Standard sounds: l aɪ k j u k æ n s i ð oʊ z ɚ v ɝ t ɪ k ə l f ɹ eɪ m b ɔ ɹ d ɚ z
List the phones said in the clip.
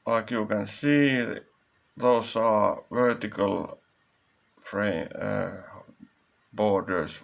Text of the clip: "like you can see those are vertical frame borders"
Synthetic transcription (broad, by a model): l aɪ k j u k æ n s i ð oʊ s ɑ v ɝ t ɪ k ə l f ɹ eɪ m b ɔ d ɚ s